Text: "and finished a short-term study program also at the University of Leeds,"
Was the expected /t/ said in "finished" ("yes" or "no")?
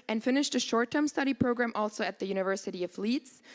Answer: yes